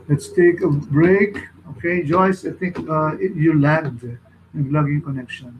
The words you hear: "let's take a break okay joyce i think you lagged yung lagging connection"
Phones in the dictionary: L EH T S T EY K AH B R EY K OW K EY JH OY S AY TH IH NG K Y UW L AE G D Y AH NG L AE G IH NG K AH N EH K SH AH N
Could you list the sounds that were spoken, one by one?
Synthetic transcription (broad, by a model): L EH T S T EY K AH B R EY K OW K EY JH OY S AY T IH NG K Y UW L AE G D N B L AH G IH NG K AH N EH K SH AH N